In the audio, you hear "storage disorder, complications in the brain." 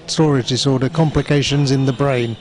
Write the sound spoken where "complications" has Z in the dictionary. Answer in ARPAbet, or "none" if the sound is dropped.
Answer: Z